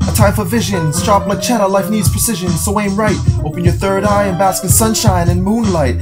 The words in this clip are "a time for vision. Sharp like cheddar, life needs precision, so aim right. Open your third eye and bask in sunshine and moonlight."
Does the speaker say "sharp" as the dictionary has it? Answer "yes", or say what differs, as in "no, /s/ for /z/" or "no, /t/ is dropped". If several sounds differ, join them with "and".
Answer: no, /s/ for /ʃ/